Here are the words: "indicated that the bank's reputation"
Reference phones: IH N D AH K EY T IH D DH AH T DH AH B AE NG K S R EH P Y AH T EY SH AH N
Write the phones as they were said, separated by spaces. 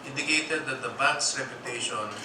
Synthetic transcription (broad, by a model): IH N D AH K EY T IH D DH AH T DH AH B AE K S R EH P Y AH T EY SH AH N